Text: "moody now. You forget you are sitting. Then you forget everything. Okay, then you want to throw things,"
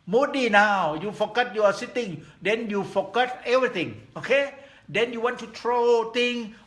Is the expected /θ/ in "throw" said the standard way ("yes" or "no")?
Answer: no